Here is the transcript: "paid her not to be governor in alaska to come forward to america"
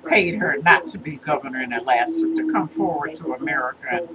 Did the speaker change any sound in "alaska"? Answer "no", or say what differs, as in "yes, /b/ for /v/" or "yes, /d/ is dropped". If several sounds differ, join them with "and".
yes, /k/ is dropped